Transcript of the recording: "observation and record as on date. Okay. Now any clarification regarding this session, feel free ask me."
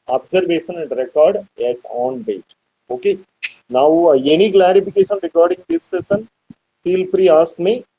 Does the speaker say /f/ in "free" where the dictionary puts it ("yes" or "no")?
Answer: no